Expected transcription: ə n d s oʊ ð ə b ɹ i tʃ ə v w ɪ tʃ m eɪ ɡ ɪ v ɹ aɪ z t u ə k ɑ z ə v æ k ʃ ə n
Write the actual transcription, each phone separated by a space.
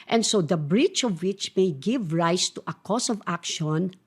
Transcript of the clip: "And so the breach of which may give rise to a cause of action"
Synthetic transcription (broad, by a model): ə n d s oʊ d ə b ɹ i tʃ ə v w ɪ tʃ m eɪ ɡ ɪ v ɹ aɪ s t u ə k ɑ s ə v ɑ k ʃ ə n